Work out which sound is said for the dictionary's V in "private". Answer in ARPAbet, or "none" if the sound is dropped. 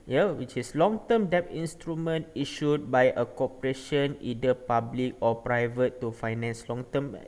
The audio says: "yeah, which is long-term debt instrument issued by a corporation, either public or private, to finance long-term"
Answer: V